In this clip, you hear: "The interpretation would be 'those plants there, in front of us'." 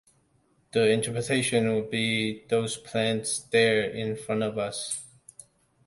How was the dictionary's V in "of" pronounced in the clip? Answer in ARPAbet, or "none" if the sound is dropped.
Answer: V